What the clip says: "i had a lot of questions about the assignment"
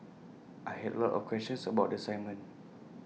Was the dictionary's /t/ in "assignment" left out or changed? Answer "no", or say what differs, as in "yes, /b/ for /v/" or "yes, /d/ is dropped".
yes, /t/ is dropped